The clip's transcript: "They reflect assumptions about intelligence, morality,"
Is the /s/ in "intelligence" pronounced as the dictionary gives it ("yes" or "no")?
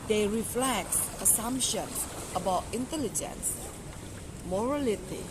yes